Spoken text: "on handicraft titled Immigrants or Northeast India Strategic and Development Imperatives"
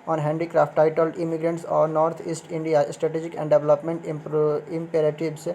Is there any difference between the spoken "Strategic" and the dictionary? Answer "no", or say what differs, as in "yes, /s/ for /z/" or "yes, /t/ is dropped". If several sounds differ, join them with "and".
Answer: no